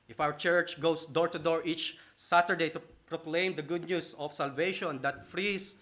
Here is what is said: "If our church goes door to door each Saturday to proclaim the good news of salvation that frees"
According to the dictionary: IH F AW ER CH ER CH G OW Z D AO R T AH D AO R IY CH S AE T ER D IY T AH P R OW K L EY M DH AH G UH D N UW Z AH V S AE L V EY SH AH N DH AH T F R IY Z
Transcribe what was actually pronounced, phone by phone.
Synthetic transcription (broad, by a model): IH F AW ER CH ER CH G OW S D AO R T AH D AO R IY CH S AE T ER D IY T AH P R OW K L EY M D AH G UH D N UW S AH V S AE L V EY SH AH N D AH T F R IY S